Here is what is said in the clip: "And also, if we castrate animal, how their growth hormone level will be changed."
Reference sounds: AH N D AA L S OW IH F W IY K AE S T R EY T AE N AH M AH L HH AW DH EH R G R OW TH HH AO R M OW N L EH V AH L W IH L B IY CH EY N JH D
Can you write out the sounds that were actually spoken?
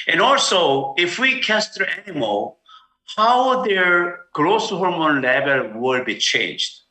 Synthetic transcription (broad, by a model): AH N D AA L S OW IH F W IY K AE S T EY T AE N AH M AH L HH AW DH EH R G R OW S HH AO R M OW N L EH V AH L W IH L B IY CH EY N JH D